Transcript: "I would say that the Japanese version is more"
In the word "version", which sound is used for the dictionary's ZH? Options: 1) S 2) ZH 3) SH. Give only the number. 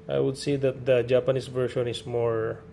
3